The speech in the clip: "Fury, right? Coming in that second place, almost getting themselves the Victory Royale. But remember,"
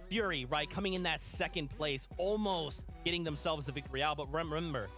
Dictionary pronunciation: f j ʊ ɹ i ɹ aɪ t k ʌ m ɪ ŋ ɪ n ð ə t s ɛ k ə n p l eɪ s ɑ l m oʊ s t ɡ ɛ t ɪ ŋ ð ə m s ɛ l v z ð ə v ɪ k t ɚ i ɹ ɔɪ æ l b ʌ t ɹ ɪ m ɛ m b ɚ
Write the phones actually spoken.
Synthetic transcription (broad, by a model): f j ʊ ɹ i ɹ aɪ t k ʌ m ɪ ŋ ɪ n ð ə t s ɛ k ə n p l eɪ s ɑ l m oʊ s t ɡ ɛ t ɪ ŋ ð ə m s ɛ l v z ð ə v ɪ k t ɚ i ɹ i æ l b ʌ t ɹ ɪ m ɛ m b ɚ